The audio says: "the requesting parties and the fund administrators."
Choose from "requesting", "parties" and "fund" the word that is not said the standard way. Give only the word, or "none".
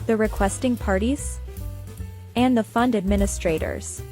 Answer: none